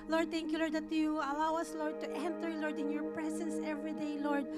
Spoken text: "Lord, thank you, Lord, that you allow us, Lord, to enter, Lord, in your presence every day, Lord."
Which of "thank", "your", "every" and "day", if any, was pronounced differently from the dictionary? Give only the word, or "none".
thank